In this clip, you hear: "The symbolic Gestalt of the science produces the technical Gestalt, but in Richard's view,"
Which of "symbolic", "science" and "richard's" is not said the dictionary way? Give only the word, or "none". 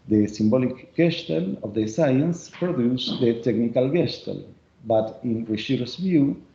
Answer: richard's